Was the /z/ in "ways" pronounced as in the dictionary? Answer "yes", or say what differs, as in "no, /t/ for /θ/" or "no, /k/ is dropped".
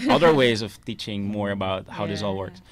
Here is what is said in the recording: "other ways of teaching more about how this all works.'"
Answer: yes